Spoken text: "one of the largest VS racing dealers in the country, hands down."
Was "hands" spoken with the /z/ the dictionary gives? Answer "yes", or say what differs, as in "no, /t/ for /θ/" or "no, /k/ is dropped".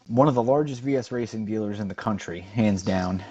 yes